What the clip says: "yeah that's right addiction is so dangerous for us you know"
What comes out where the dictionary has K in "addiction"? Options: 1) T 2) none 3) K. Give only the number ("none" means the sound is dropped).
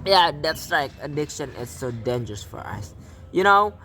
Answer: 3